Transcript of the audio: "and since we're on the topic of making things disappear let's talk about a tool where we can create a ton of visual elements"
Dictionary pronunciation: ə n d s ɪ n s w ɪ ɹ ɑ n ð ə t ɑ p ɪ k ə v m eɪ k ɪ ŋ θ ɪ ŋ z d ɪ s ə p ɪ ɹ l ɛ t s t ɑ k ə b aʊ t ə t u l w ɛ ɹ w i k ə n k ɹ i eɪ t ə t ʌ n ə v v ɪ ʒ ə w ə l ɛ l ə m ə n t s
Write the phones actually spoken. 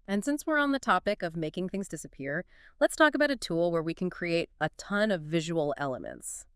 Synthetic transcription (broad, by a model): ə n s ɪ n s w ɪ ɹ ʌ n ð ə t ɑ p ɪ k ə v m eɪ k ɪ ŋ θ ɪ ŋ z d ɪ s ə p ɪ ɹ l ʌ t s t ɑ k ə b aʊ t ə t u l w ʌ ɹ w i k n k ɹ i eɪ t ə t ʌ n ə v v ɪ ʒ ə w l ɛ l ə m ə n t s